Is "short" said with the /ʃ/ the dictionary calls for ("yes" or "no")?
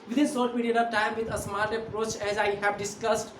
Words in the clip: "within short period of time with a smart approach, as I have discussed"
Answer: no